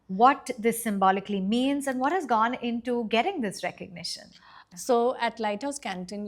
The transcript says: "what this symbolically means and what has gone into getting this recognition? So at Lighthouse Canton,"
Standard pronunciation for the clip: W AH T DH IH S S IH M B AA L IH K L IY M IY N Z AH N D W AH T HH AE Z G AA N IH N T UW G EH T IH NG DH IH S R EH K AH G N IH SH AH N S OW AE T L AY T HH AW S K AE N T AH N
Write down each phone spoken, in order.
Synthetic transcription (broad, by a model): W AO T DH IH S S IH M B AA L IH K L IY M IY N Z AH N D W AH T HH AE Z G AA N IH N T UW G EH T IH NG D IH S R EH K AH G N IH SH AH N S OW AE T L AY T HH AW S K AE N T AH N